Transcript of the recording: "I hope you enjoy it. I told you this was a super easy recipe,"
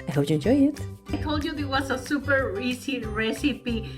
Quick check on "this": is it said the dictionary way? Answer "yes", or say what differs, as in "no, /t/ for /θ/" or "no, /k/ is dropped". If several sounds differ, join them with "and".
no, /s/ is dropped